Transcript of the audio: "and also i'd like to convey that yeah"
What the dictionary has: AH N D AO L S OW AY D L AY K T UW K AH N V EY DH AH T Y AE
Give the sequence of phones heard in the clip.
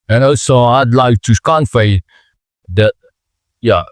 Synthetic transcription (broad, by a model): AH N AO S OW AY D L AY K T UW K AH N F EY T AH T Y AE